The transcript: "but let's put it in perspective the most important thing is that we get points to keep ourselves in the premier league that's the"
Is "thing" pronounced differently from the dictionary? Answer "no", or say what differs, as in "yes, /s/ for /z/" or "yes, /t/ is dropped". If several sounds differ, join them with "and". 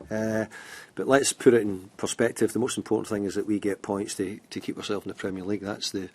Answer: no